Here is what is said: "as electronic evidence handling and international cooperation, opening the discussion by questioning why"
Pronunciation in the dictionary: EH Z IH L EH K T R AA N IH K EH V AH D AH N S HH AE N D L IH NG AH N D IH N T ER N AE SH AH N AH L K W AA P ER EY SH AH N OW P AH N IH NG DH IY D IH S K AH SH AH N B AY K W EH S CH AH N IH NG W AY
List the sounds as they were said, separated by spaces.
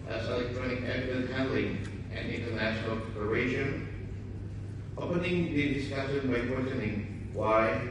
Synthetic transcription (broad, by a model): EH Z IH L EH K T R AA N IH K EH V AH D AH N HH AE N D L IH NG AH N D IH N T ER N AE SH AH N AH L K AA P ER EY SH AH N OW P AH N IH NG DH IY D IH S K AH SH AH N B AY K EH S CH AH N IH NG W AY